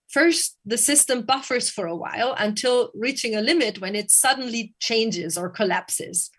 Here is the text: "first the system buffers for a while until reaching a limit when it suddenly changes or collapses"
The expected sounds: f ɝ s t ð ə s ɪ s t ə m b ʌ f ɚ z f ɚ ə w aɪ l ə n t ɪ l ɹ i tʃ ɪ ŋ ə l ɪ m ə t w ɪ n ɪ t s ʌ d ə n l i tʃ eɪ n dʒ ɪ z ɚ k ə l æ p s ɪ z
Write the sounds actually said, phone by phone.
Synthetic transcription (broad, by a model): f ɝ s ð ə s ɪ s t ə m b ʌ f ɚ z f ɚ ə w aɪ l ə n t ɪ l ɹ i tʃ ɪ ŋ ə l ɪ m ə t w ɪ n ɪ t s ʌ d n l i tʃ eɪ n dʒ ɪ z ɚ k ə l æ p s ɪ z